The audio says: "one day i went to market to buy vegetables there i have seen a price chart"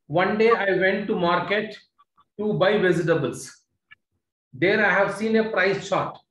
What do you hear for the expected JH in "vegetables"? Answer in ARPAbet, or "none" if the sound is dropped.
Z